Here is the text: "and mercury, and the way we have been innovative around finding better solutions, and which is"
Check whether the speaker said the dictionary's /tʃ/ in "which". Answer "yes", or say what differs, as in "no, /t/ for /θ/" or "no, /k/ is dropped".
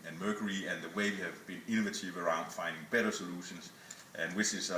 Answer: no, /s/ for /tʃ/